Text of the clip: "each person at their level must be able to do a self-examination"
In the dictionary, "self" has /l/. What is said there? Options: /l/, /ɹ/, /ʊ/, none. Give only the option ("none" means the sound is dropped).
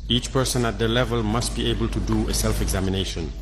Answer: /l/